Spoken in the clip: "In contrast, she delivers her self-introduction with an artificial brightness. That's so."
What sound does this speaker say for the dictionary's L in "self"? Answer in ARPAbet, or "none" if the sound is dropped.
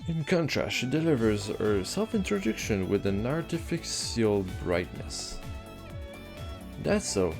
L